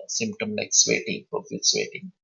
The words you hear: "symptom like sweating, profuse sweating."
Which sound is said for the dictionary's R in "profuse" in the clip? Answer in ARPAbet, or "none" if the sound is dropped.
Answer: none